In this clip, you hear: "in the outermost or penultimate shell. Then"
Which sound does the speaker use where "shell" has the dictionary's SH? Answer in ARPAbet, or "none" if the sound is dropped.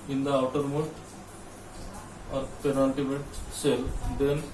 S